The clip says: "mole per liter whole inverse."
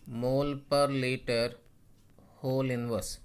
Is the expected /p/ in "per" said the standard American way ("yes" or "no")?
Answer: yes